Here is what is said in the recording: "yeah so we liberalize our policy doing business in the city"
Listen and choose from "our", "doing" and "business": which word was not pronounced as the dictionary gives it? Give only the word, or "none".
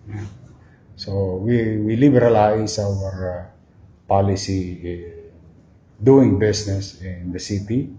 business